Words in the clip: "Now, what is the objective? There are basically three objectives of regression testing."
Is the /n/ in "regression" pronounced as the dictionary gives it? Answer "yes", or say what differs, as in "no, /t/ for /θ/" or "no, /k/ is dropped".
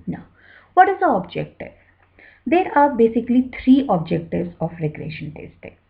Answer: yes